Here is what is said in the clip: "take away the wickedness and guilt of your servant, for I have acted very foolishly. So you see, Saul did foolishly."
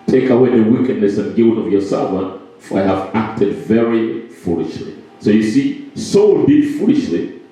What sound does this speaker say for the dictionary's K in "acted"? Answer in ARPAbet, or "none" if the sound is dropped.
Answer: K